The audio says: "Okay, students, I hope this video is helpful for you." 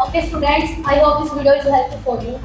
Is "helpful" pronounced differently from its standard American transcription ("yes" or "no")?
yes